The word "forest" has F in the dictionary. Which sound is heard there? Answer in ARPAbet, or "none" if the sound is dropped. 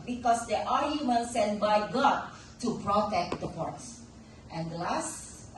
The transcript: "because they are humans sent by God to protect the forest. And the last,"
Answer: P